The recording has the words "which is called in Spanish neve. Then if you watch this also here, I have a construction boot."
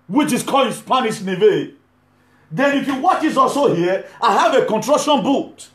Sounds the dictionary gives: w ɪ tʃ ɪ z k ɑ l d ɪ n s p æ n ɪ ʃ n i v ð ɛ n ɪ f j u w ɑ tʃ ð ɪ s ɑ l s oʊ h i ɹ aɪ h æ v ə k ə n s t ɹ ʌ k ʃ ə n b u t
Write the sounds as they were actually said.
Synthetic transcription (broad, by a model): w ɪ tʃ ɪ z k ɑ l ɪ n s p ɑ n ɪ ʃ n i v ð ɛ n ɪ f j u w ɑ tʃ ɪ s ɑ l s oʊ h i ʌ aɪ h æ v ə k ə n t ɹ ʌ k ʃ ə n b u t